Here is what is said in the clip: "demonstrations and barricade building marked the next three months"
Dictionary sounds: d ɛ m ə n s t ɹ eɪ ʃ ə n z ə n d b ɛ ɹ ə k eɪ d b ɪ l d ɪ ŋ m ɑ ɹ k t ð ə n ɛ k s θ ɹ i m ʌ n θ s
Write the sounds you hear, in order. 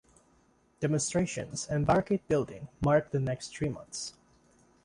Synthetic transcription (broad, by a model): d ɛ m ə n s t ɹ eɪ ʃ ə n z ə n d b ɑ ɹ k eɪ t b ɪ l d ɪ ŋ m ɑ ɹ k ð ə n ɛ k s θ ɹ i m ʌ n θ s